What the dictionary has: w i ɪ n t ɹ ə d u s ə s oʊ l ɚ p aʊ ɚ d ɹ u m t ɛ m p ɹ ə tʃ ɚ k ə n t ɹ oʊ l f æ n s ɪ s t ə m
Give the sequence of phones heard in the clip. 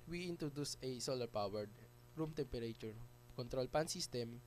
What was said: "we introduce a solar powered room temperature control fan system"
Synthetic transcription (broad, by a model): w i ɪ n t ɹ ə d u s ə s oʊ l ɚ p aʊ ɚ d ɹ u m t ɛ m p ɹ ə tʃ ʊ k ə n t ɹ oʊ l p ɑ n s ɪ s t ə m